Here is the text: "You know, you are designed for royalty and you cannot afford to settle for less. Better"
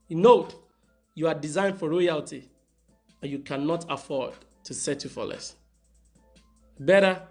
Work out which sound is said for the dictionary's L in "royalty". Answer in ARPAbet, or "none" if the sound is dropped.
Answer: L